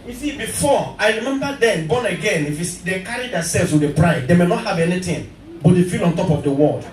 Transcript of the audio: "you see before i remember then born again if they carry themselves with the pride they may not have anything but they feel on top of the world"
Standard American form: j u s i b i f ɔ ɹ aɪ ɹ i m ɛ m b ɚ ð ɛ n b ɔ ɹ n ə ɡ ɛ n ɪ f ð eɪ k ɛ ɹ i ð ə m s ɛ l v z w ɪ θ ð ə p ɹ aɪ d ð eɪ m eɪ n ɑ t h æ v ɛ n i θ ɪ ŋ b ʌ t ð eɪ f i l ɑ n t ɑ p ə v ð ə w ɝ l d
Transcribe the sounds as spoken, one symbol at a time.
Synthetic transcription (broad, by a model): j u s i b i f ɔ aɪ ɹ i m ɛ m b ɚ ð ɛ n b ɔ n ə ɡ ɛ n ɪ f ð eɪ k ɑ ɹ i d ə s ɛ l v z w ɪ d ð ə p ɹ aɪ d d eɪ m eɪ n ɑ t h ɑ v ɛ n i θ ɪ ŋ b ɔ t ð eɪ f i l ɑ n t ɑ p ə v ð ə w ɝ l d